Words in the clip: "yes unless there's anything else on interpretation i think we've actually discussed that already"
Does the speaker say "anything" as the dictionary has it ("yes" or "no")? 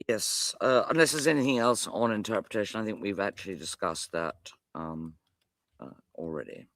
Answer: yes